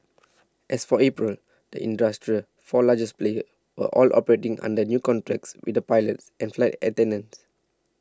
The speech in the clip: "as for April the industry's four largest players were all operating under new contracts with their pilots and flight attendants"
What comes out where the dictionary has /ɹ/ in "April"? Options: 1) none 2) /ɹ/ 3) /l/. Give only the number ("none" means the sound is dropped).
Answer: 2